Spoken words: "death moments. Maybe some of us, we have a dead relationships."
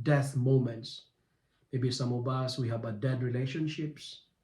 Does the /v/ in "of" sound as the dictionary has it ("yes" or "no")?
no